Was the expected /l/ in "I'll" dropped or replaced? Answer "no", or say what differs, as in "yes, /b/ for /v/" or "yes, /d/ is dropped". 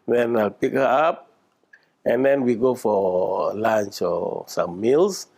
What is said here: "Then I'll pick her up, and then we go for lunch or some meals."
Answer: no